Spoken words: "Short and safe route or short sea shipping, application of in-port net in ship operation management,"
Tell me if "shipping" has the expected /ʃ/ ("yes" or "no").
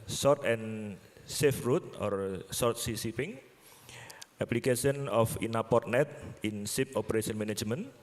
no